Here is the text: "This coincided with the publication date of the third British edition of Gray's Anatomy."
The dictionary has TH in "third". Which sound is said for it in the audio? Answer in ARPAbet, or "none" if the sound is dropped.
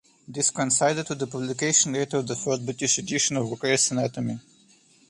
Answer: F